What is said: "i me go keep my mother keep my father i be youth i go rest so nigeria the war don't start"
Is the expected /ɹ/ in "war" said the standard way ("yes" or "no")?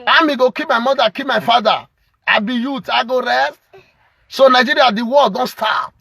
no